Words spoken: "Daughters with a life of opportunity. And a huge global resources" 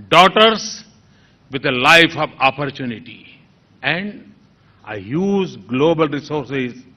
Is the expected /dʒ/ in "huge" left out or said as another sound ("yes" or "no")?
yes